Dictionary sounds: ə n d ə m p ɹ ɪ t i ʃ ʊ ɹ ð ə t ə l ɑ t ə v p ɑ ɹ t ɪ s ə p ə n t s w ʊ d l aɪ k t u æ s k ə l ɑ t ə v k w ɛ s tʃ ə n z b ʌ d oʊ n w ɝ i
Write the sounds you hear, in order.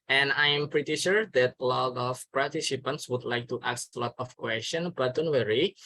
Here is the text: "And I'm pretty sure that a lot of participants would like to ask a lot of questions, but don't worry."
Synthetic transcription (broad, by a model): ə n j ə m p ɹ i t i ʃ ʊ ɹ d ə t ə l ɑ t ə f p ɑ ɹ t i s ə p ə n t s w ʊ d l aɪ k t u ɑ s ə l ɑ t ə f k w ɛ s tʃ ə n b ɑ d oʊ n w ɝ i